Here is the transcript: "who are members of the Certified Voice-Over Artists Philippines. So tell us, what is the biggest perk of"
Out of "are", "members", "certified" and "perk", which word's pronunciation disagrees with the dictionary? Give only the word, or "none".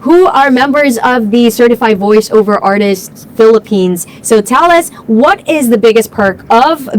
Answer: none